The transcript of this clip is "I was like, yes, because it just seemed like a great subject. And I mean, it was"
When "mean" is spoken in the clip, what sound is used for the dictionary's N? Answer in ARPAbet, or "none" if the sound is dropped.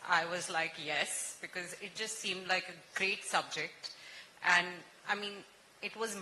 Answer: N